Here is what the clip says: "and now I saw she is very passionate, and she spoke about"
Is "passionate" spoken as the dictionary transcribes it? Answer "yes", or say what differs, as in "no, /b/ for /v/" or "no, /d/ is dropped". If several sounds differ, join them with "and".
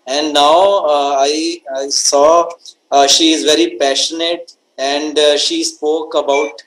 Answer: yes